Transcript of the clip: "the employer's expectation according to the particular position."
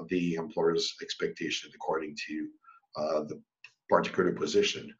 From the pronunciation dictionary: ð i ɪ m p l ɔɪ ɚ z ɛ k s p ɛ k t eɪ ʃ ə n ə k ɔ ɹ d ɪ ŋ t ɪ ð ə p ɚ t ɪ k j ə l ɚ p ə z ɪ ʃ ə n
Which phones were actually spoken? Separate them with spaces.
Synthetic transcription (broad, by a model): ð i ɪ m p l ɔɪ ɚ z ɛ k s p ɛ k t eɪ ʃ ə n ə k ɔ ɹ d ɪ ŋ t ɪ ð ə p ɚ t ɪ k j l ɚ p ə z ɪ ʃ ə n